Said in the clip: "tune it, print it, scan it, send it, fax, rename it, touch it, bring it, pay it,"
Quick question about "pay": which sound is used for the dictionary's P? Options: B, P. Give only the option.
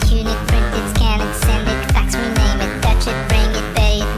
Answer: B